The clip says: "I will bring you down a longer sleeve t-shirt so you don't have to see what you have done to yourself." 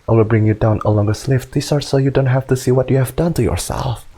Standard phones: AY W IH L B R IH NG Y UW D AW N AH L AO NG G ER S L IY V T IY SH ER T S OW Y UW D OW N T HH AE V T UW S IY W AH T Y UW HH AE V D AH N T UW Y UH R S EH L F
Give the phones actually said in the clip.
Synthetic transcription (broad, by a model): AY W IH L B R IH NG Y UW D AW N AH L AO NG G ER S L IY F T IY S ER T S OW Y UW D OW N T HH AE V T UW S IY W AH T Y UW HH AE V D AH N T UW Y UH R S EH L F